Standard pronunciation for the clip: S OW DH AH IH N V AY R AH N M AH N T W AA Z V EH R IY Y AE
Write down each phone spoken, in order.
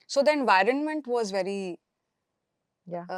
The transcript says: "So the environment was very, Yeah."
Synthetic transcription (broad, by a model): S OW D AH IH N V AY R AH N M AH N T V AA Z V EH R IY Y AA